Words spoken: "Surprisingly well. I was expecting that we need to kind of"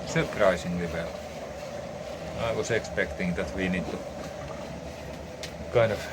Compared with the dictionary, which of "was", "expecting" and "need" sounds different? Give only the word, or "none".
was